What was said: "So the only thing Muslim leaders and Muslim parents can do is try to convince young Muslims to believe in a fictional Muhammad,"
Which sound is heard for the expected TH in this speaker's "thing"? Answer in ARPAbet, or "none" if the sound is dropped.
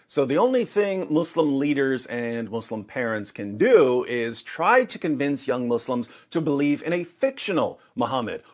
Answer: TH